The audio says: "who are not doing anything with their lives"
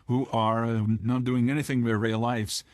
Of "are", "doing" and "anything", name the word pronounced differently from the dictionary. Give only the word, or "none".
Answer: none